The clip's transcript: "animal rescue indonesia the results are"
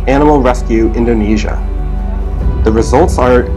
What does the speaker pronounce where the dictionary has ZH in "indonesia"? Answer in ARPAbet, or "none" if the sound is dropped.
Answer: ZH